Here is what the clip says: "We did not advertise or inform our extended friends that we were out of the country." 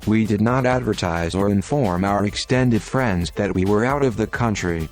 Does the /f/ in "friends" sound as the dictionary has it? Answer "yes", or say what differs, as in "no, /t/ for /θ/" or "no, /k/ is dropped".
yes